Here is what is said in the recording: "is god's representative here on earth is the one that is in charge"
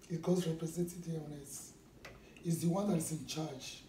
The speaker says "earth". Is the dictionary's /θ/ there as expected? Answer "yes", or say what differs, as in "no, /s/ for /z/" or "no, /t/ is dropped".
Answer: no, /s/ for /θ/